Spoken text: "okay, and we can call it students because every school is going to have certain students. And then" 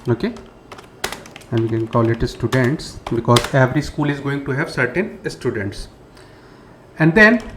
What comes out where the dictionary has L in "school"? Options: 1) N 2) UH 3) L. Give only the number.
3